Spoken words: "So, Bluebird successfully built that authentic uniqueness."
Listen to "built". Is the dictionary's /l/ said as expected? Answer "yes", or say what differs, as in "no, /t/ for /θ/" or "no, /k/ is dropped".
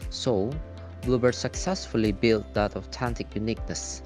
yes